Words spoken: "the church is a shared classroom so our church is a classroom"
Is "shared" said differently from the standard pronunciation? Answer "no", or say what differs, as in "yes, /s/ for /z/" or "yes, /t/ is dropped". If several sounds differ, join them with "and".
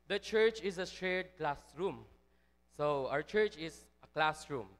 yes, /s/ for /ʃ/